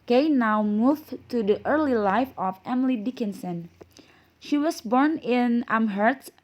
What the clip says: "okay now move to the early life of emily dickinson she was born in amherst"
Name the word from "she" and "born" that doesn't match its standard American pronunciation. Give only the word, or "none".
none